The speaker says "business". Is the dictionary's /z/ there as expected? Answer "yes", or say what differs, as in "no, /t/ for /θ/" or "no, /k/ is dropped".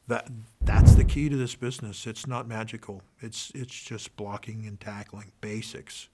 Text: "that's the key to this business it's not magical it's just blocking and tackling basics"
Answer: yes